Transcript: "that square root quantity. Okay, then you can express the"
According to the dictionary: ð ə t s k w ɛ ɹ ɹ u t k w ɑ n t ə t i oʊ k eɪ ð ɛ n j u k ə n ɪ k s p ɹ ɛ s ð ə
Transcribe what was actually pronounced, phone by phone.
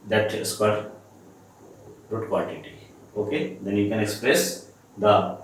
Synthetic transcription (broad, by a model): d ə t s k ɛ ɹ ɹ u t k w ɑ l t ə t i oʊ k eɪ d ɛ n j u k ə n ɪ k s p ɹ ɛ s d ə